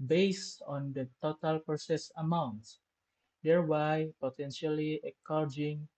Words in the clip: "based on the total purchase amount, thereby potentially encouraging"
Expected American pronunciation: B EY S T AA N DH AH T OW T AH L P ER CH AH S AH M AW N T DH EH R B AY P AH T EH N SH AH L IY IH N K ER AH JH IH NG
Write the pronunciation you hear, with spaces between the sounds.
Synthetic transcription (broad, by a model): B EY S T AA N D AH T OW T AH L P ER S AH S AH M AW N T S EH R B AY P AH T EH N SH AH L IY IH K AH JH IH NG